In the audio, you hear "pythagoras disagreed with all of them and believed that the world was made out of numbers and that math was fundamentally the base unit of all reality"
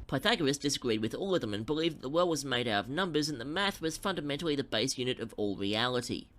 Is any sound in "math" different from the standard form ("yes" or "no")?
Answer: no